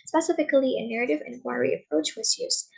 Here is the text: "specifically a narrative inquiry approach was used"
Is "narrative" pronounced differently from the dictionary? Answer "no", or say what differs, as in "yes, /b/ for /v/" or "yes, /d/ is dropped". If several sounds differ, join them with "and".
no